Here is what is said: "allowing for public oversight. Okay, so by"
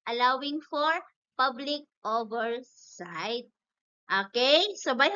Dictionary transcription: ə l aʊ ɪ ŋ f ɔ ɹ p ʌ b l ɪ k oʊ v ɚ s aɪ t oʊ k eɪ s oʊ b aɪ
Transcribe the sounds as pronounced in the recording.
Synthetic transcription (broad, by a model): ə l aʊ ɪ ŋ f ɔ ɹ p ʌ b l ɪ k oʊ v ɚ s aɪ t oʊ k eɪ s oʊ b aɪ